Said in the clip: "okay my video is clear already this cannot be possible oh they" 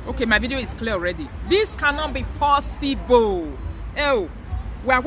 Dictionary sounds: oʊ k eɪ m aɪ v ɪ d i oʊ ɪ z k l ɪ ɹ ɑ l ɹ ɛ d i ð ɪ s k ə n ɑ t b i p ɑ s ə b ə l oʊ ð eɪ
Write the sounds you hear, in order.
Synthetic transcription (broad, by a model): oʊ k eɪ m aɪ v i d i oʊ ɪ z k l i ɑ l ɹ ɛ d i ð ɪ s k ə n ɑ t b i p ɑ s ə b ə l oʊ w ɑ